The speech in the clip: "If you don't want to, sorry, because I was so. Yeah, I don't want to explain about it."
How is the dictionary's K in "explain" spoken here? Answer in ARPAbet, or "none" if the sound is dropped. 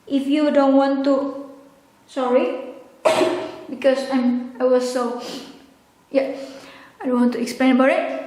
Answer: K